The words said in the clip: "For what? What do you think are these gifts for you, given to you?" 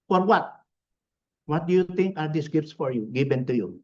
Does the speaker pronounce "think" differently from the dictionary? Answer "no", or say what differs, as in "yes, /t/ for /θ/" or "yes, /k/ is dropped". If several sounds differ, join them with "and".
yes, /t/ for /θ/